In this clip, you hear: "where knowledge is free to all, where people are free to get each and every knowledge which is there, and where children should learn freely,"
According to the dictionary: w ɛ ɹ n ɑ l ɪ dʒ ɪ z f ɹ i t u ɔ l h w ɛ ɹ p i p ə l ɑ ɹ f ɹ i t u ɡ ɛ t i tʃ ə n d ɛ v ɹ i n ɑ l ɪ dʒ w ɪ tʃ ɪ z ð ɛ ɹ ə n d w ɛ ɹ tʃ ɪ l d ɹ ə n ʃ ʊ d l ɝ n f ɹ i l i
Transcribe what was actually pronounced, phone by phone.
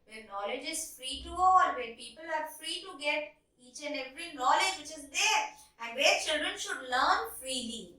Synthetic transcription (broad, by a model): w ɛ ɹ n ɑ l ɪ dʒ ɪ z f ɹ i t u ɔ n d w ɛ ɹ p i p ə l ɑ ɹ f ɹ i t u ɡ ɛ t i tʃ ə n ɛ v ɹ i n ɑ l ɪ dʒ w ɪ tʃ ɪ z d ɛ ɹ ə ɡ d ɛ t tʃ ɪ l d ɹ ə n ʃ ʊ d l ɝ n f ɹ i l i